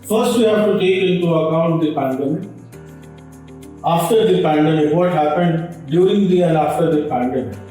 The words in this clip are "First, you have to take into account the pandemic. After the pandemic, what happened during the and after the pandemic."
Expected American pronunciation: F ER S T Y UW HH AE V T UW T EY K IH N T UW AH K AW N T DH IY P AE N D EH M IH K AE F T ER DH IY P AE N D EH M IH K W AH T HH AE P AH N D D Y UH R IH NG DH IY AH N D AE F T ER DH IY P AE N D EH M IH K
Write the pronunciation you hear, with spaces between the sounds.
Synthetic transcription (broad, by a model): F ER S T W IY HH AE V T UW T EY K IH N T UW AH K AW N T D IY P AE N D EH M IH AE F T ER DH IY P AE N D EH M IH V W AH T HH AE P AH N D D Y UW IH NG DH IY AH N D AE F T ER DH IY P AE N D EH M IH